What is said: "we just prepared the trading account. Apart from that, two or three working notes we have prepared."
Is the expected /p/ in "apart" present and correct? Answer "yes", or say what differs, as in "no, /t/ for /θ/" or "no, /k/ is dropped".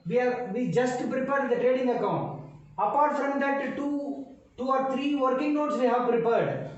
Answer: yes